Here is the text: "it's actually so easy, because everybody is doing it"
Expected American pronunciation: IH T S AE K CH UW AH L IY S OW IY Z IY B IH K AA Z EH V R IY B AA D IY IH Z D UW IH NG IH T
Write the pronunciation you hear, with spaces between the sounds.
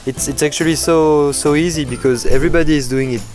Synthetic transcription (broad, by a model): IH T S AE K CH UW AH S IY S OW IY Z IY B IH K AA Z EH V R IY B AA D IY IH Z D UW IH NG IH T